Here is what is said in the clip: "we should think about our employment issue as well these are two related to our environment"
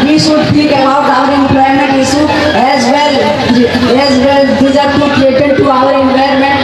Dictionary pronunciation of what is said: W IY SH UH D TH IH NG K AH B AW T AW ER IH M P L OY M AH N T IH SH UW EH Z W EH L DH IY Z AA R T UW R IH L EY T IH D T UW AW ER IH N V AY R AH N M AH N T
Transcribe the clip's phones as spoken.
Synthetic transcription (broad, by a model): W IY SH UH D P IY K AH B AW T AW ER IH M P L OY M AH N T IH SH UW EH Z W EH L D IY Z AA R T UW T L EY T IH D T UW AW ER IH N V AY R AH M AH N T